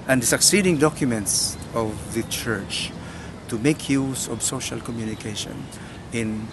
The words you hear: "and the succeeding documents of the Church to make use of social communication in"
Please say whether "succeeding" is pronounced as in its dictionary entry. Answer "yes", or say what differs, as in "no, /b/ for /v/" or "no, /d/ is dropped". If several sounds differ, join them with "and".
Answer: yes